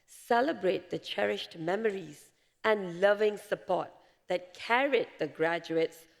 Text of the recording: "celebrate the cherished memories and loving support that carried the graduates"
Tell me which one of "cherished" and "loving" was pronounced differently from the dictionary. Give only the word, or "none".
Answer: none